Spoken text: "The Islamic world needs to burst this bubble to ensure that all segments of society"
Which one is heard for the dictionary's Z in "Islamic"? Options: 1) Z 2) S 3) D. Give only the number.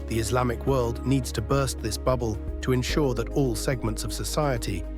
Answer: 1